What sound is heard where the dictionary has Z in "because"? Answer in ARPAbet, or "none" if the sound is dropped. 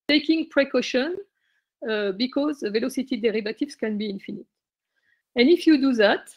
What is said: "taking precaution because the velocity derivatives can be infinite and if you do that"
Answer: Z